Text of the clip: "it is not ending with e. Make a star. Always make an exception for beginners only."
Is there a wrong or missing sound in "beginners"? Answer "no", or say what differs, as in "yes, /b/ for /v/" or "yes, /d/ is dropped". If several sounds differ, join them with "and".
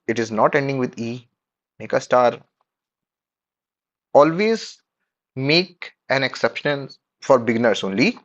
yes, /s/ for /z/